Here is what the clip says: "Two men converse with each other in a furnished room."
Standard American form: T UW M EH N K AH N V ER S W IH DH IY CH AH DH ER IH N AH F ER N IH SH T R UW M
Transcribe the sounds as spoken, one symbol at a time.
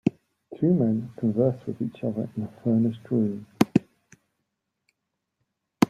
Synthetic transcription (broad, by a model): T UW M EH N K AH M V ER S W IH DH IY CH AH DH ER IH N AH F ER N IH S T R UW M